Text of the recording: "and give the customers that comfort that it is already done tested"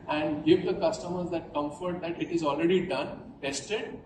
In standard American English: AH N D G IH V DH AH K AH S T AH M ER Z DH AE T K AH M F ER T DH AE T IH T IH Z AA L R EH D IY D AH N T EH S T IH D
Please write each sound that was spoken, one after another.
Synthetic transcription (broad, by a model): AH N D G IH V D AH K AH S T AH M ER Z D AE T K AH M F ER T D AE T IH T IH Z AA L R EH D IY D AH N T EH S T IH D